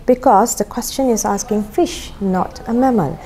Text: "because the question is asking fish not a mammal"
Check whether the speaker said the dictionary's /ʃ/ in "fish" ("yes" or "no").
yes